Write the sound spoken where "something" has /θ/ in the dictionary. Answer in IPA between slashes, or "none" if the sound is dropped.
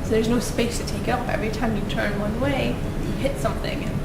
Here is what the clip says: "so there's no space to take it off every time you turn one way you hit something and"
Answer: /θ/